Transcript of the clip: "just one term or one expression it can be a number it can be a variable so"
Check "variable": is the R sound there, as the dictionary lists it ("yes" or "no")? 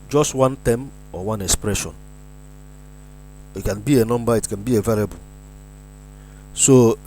no